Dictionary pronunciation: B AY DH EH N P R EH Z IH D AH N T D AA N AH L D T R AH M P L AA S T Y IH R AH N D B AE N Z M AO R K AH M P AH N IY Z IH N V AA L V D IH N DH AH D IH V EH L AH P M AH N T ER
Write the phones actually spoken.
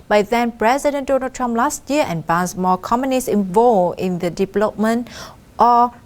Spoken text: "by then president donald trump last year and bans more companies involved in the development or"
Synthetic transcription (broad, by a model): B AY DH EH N P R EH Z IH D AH N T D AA N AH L T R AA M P L AA S T Y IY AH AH N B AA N S M AO K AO M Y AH N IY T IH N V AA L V IH N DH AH D IH V EH L AH P M AH N T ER